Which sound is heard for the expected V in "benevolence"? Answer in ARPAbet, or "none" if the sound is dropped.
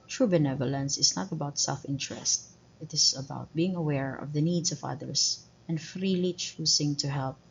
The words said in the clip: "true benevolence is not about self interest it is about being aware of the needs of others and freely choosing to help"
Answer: V